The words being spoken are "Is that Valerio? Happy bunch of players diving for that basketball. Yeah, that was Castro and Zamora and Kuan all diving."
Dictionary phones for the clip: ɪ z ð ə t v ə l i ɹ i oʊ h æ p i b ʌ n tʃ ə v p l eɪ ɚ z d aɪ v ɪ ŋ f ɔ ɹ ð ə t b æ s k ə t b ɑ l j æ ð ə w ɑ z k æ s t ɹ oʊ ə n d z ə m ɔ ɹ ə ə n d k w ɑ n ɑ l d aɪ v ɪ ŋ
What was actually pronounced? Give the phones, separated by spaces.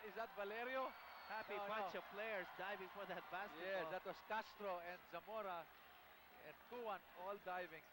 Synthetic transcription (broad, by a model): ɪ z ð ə t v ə l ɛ ɹ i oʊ h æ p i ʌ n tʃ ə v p l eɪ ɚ s d aɪ v ɪ ŋ f ɔ ɹ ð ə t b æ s ə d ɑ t w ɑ s k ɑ s t ɹ oʊ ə n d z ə m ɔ ɹ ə ə n d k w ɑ n ɑ l d aɪ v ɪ ŋ